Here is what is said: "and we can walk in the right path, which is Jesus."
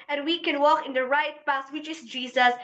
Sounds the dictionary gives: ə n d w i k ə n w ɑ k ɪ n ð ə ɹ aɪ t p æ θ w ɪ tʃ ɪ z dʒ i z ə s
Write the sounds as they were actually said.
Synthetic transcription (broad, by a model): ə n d w i k ə n w ɑ k ɪ n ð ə ɹ aɪ t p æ s w ɪ tʃ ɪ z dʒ i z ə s